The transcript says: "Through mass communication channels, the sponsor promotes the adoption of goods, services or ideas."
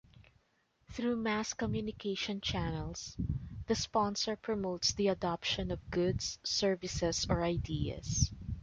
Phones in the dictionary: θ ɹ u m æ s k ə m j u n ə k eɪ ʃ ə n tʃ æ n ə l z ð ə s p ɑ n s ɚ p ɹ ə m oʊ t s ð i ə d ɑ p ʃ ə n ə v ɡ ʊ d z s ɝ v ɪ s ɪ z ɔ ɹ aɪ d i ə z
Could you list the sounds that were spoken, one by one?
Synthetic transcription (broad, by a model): θ ɹ u m æ s k ə m j u n ə k eɪ ʃ ə n tʃ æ n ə l s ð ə s p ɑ n s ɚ p ɹ ə m oʊ t s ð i ə d ɑ p ʃ ə n ə v ɡ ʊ d s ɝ v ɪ s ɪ s ɔ ɹ aɪ d i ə s